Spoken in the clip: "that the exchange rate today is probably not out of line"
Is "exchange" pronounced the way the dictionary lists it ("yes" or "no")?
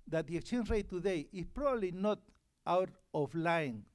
no